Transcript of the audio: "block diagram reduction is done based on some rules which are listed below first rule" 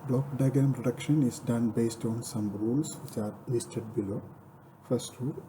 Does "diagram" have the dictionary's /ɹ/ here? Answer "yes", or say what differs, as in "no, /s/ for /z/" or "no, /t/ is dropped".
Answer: no, /ɹ/ is dropped